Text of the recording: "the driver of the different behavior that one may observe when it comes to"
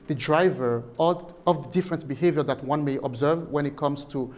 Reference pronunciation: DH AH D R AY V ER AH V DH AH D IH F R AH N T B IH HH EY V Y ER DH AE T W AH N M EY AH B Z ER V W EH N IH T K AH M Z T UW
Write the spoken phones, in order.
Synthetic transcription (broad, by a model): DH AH D R AY V ER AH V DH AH D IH F R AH N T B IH HH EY V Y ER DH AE T W AH N M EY AH B Z ER V W EH N IH T K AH M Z T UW